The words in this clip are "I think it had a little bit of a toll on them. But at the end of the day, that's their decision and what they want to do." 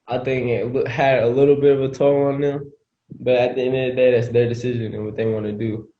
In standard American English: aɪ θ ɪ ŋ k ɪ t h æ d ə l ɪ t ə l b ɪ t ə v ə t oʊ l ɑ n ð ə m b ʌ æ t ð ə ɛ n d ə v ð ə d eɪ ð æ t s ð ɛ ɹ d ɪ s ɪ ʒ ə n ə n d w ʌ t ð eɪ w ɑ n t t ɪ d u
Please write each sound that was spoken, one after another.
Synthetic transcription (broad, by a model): aɪ θ ɪ ŋ k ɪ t h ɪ d ə l ɪ t l b ɪ t ə v ə t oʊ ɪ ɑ n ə b ʌ t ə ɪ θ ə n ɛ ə d eɪ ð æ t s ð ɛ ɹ d ɪ s ɪ ʒ ə n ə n w ʌ t ð eɪ w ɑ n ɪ d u